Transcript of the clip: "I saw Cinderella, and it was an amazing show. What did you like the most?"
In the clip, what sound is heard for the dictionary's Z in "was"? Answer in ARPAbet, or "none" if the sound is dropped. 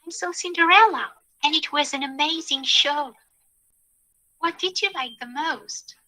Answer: Z